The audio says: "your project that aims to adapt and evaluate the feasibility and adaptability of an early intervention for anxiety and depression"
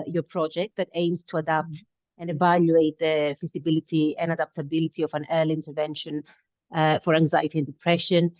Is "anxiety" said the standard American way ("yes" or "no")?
yes